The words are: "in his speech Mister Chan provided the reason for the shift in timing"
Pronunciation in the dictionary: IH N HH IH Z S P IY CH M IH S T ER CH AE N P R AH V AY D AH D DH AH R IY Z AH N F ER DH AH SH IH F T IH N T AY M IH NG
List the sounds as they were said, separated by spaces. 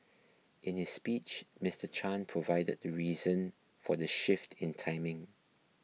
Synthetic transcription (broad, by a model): IH N HH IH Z S P IY CH M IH S T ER CH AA N P R AH V AY D AH D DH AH R IY Z AH N F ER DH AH SH IH F T IH N T AY M IH NG